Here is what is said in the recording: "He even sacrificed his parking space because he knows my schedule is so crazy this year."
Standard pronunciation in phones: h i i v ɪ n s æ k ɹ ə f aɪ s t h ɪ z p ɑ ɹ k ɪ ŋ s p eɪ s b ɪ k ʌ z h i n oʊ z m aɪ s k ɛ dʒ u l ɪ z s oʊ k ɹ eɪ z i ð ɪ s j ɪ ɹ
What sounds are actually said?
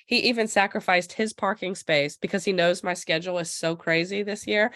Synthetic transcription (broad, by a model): h i i v ɪ n s æ k ɹ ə f aɪ s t h ɪ z p ɑ ɹ k ɪ ŋ s p eɪ s b ɪ k ʌ z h i n oʊ z m aɪ s k ɛ dʒ l ɪ z s oʊ k ɹ eɪ z i ð ɪ s j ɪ ɹ